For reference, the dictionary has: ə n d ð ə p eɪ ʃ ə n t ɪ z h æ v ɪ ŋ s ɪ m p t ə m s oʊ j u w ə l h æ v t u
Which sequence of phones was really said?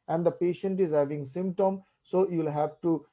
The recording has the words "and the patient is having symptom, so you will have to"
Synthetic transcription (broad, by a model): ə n d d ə p eɪ ʃ ə n t ɪ z h æ v ɪ ŋ s ɪ m p t ə m s oʊ j u l h æ v t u